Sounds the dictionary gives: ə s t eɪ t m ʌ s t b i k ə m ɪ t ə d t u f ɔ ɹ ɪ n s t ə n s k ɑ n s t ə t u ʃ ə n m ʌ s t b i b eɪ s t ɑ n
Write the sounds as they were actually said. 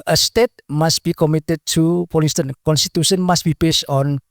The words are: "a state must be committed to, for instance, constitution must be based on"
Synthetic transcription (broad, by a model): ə s t eɪ t m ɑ s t b i k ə m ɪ t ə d t u p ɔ l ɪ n s t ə n k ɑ n s t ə t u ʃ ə n m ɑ s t b i b eɪ s t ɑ n